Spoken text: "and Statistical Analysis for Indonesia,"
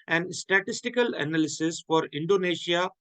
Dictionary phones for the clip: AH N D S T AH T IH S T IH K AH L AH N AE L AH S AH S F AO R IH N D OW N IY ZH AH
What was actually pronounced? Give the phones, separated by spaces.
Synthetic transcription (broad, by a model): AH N D S T AH T IH S T IH K AH L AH N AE L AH S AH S F AO R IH N D OW N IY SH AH